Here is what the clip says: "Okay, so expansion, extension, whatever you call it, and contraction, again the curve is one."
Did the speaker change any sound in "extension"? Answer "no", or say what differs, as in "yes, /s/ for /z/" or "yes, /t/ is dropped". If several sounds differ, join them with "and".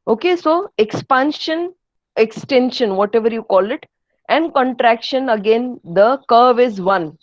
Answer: no